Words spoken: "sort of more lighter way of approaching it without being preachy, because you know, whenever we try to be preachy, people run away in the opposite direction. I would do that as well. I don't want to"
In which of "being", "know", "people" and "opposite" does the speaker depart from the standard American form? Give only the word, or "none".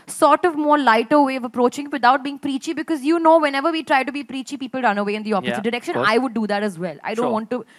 opposite